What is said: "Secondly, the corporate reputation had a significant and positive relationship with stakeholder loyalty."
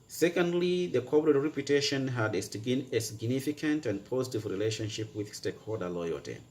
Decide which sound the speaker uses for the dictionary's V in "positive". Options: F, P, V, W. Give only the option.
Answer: V